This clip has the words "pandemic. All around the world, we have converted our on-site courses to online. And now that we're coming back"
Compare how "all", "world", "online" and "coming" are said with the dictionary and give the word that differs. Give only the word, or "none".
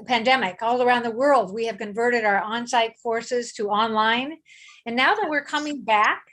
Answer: none